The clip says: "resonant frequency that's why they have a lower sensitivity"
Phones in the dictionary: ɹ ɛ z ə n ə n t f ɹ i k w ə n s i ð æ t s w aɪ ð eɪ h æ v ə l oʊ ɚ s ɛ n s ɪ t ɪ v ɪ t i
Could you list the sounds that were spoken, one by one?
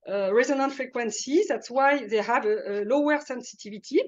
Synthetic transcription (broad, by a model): ɹ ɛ z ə n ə n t f ɹ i k w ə n s i ð æ t s w aɪ ð eɪ h æ v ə l oʊ ɚ s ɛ n s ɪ t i v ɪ t i